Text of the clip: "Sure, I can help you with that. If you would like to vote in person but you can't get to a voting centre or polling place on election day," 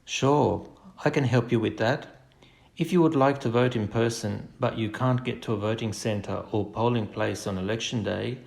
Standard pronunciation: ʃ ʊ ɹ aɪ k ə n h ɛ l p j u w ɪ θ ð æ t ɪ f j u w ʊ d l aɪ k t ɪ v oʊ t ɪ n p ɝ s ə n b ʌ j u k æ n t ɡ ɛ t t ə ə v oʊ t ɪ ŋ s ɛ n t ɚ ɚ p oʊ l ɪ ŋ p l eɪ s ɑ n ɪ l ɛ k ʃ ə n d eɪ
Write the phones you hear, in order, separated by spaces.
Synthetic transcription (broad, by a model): ʃ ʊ ɹ aɪ k ə n h ɛ l p j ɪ w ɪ ð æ t ɪ f j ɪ w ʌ d l aɪ k t ɪ v oʊ t ɪ n p ɝ s ə n b ʌ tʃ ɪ k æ n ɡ ɛ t t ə ə v oʊ t ɪ ŋ s ɛ n t ɚ ɚ p oʊ l ɪ ŋ p l eɪ s n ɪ l ɛ k ʃ n d eɪ